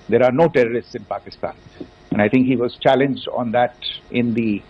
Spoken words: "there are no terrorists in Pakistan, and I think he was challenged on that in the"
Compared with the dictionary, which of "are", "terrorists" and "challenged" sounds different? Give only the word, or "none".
none